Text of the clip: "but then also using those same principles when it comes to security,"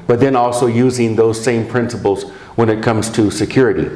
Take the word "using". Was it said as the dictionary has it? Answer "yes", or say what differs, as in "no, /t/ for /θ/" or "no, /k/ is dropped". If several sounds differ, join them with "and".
yes